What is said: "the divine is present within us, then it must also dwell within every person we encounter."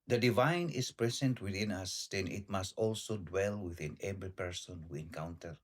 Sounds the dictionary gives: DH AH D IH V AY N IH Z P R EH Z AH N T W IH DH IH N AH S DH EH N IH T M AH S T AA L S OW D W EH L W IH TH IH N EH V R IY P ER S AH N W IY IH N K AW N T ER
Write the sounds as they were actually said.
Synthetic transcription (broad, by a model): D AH D IH V AY N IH S P R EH S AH N T W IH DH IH N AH S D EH N IH T M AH S T AA L S OW D W EH L W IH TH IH N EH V R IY P ER S AH N W IY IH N K AW N T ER